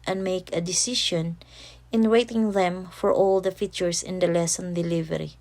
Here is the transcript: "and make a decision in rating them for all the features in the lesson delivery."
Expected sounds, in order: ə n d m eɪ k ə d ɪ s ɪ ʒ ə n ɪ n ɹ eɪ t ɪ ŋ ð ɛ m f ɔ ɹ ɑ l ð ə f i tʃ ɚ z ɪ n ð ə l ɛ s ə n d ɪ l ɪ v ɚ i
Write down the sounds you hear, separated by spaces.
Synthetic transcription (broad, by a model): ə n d m eɪ k ə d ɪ s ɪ ʃ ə n ɪ n w eɪ t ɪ ŋ ð ɛ m f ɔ ɹ ɑ l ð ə f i tʃ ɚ s ɪ n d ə l ɛ s ə n d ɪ l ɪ v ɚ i